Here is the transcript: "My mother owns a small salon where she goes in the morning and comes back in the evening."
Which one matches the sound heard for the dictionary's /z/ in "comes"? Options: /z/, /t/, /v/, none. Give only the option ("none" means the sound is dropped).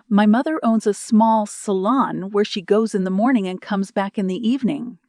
/z/